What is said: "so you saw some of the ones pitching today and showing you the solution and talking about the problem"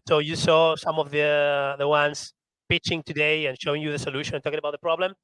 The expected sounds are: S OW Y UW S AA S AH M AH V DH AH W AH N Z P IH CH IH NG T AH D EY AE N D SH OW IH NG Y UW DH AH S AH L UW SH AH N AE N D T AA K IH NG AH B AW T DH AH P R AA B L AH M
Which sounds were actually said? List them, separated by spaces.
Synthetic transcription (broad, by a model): S OW Y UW S AA S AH M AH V DH AH W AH N S P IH CH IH NG T AH D EY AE N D SH OW IH NG Y UW DH AH S AH L UW SH AH N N T AA K IH NG AH B AW T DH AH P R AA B L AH M